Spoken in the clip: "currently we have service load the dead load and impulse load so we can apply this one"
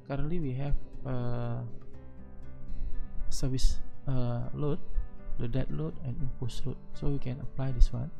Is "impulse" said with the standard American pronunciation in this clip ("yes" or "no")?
no